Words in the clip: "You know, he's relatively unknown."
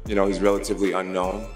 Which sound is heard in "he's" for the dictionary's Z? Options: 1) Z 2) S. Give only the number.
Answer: 1